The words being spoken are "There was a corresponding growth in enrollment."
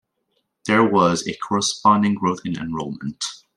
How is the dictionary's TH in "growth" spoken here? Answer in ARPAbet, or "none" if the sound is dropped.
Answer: TH